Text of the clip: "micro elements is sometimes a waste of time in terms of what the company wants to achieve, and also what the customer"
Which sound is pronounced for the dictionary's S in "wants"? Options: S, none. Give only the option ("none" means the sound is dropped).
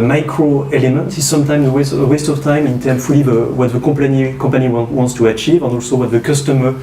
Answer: S